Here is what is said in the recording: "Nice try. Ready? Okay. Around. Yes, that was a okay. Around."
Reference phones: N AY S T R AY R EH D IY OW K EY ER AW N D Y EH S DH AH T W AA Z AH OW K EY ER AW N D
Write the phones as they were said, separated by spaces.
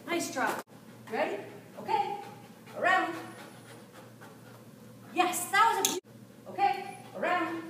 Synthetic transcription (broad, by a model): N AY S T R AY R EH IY OW K EY ER AW N D Y EH S DH AH T W AA Z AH OW K EY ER AW N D